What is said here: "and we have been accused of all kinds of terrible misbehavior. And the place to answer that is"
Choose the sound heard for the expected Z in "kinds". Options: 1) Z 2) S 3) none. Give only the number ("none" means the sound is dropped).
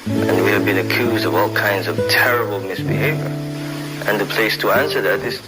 1